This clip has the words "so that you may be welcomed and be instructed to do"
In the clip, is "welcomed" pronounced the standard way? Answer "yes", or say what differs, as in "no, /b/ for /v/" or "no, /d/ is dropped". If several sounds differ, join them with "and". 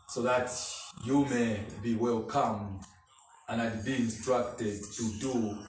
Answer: no, /d/ is dropped